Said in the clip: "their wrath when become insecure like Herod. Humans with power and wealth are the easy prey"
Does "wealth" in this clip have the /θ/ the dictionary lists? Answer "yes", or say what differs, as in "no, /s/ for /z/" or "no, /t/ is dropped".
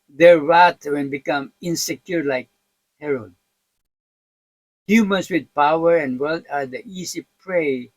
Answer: no, /t/ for /θ/